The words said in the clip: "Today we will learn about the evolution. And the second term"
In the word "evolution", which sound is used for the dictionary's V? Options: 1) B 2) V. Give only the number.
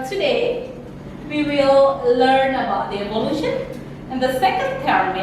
1